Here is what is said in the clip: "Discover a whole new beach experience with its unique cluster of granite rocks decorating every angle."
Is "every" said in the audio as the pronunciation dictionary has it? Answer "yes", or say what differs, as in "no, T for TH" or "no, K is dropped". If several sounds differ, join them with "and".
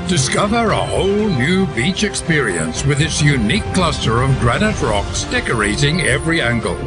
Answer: yes